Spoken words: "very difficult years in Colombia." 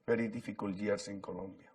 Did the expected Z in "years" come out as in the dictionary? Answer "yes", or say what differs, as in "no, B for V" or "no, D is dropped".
no, S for Z